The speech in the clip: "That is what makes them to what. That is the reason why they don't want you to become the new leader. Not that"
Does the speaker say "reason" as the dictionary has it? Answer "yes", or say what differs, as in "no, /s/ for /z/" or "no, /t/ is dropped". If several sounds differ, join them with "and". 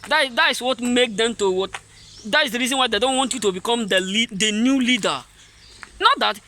yes